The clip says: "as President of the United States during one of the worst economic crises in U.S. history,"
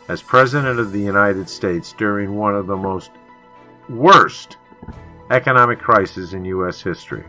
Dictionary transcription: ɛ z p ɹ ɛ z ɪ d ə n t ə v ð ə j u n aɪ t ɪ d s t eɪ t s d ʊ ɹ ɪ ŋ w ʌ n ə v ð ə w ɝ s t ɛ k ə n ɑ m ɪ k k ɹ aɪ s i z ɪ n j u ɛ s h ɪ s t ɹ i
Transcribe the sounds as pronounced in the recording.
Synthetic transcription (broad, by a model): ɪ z p ɹ ɛ z ɪ d ə n t ə v ð ə j u n aɪ t ɪ d s t eɪ t s d ʊ ɹ ɪ ŋ w ʌ n ə v ð ə w ɝ s t ɛ k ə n ɑ m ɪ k k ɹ aɪ s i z ɪ n j u ɛ s h ɪ s t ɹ i